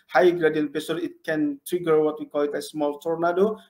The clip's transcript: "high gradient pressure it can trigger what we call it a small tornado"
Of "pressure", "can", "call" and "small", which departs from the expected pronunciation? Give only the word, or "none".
pressure